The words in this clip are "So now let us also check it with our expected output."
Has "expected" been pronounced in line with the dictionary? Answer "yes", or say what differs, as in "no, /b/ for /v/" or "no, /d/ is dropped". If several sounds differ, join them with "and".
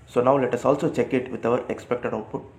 yes